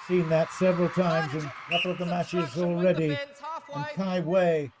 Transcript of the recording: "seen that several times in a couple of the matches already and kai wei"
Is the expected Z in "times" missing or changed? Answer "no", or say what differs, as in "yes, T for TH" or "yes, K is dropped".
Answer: no